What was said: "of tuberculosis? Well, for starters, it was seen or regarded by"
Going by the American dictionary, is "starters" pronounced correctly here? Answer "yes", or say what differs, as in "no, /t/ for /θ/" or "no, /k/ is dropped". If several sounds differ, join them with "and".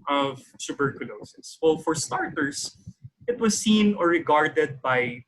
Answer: no, /s/ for /z/